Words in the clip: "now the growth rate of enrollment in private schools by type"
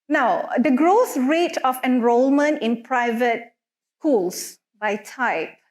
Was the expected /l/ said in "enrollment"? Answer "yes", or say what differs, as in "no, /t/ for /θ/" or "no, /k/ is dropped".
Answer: yes